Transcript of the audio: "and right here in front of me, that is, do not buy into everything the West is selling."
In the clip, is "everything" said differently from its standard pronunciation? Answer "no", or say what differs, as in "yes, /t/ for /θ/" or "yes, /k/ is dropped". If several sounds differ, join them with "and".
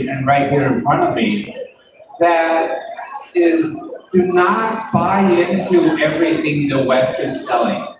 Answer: no